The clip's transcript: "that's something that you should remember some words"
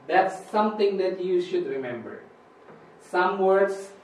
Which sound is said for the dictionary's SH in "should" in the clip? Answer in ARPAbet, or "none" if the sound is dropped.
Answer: SH